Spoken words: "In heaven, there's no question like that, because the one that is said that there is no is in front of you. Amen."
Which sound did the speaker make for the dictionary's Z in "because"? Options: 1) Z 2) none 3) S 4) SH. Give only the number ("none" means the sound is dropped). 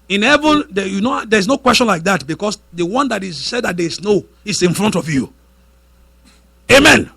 3